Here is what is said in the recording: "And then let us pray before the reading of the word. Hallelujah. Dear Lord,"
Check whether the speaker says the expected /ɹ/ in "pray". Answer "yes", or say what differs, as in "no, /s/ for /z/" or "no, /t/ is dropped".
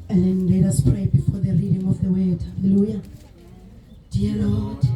yes